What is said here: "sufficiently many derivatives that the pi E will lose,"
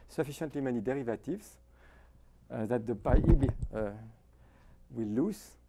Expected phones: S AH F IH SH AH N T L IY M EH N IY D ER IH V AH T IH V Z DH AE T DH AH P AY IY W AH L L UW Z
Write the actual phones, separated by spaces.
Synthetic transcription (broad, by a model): S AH F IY SH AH N T L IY M EH N IY D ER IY V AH T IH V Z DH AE T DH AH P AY IY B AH W L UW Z